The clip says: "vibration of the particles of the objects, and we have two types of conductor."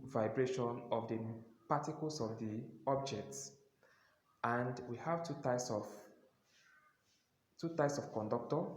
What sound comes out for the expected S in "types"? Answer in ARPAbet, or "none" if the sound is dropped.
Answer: S